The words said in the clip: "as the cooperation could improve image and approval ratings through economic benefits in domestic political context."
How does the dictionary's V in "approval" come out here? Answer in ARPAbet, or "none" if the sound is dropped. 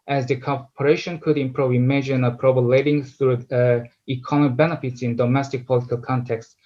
B